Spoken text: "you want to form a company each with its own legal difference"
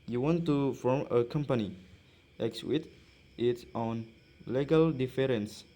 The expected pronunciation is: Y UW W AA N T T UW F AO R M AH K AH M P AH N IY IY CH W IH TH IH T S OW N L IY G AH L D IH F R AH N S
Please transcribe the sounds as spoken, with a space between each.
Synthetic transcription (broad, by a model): Y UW W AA N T T UW F AO R M AH K AH M P AH N IY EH S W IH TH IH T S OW N L IY G AH L D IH F R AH N S